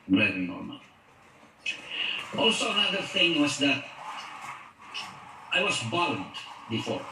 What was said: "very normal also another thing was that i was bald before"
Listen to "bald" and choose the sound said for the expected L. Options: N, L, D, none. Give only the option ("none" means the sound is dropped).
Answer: N